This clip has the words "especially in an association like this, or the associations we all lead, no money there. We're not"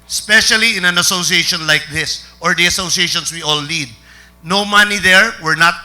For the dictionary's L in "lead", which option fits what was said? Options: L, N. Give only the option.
N